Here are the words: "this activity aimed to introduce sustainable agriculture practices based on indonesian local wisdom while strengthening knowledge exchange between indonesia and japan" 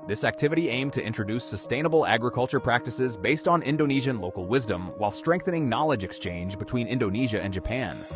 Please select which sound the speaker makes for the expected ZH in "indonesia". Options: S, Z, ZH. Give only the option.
ZH